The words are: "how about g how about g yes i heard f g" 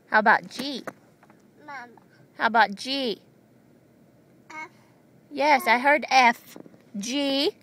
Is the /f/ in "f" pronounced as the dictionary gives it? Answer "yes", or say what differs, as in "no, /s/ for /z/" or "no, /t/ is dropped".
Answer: yes